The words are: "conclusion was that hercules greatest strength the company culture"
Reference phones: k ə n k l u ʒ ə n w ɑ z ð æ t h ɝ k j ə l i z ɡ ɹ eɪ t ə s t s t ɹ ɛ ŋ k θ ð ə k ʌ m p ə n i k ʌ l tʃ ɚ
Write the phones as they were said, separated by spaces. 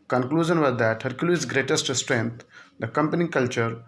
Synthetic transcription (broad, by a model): k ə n k l u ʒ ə n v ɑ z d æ t h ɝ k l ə i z ɡ ɹ eɪ t ə s t s t ɹ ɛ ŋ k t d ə k ʌ m p ə n i k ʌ l tʃ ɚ